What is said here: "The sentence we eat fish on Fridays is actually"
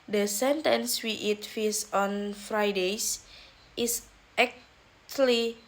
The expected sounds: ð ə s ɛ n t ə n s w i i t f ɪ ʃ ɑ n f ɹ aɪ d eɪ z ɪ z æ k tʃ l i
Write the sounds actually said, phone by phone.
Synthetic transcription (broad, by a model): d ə s ɛ n t ə n s w i i t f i s ɑ n f ɹ aɪ d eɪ s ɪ s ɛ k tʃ l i